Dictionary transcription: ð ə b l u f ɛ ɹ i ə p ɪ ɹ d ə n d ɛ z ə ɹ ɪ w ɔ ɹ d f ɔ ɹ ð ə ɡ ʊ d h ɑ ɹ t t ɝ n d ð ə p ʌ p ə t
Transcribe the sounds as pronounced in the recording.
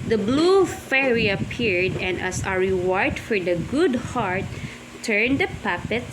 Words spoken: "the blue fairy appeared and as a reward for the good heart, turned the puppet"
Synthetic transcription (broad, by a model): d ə b l u f ɛ ɹ i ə p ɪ ɹ d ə n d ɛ s ə ɹ ɪ w ɔ ɹ d f ɔ ɹ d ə ɡ ʊ d h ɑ ɹ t t ɝ n d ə p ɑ p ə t